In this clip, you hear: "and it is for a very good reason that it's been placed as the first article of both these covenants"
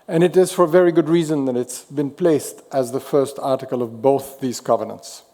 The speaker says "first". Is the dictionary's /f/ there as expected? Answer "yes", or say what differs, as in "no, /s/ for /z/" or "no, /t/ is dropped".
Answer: yes